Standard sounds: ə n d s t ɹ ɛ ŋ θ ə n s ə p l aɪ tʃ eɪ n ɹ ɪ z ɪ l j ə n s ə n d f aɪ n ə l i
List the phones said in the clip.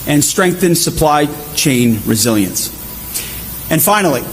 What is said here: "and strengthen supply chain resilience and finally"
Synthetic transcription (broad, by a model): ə n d s t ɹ ɛ ŋ θ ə n s ə p l aɪ tʃ eɪ n ɹ ɪ z ɪ l j ə n s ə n f aɪ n l i